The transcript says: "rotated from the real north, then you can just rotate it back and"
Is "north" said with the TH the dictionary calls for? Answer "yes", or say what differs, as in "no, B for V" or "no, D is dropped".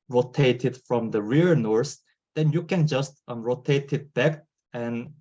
no, S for TH